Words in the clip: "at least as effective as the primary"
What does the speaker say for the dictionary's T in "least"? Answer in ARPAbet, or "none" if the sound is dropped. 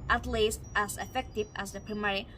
T